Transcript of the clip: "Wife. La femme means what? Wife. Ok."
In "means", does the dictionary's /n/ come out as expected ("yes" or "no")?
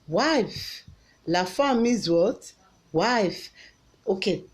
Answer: no